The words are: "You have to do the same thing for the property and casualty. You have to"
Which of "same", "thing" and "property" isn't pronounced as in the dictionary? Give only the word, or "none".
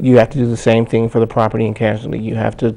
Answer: none